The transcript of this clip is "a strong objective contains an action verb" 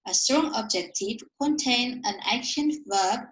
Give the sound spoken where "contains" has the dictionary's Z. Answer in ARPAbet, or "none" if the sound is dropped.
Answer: none